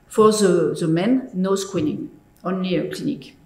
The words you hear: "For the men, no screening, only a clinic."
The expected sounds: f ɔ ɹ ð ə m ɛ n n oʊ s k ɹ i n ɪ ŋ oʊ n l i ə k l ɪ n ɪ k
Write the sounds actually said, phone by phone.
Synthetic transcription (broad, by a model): f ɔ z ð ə m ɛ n n oʊ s k w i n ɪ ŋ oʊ n l i ə k l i n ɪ k